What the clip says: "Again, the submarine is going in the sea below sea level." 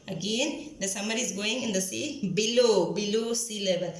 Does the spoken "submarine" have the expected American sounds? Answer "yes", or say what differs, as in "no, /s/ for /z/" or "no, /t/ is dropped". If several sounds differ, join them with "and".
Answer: no, /b/ is dropped